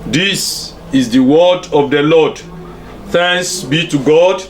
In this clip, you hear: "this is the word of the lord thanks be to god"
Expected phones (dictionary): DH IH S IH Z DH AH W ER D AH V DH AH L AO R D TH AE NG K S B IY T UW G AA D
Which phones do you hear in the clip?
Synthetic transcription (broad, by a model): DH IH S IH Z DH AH W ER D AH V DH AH L AO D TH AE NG S B IY T UW G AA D